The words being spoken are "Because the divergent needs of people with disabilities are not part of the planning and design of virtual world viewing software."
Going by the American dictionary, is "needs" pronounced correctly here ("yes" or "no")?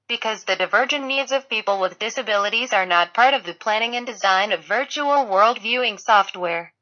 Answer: yes